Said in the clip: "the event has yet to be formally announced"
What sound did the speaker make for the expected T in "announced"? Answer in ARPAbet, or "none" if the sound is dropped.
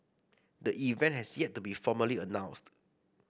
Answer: T